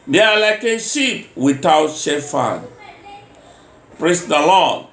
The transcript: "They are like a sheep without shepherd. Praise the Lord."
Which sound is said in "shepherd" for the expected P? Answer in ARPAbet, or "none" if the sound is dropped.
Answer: F